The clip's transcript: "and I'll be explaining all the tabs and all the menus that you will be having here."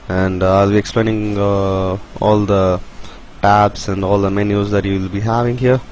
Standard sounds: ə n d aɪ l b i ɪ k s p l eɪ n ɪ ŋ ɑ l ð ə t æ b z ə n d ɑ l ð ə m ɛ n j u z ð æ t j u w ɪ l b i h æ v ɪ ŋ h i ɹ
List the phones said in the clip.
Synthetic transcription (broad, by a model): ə n d aɪ l b i ɪ k s p l eɪ n ɪ ŋ ɑ l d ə t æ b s ə n d ɑ l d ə m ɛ n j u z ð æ t j u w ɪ l b i h æ v ɪ ŋ h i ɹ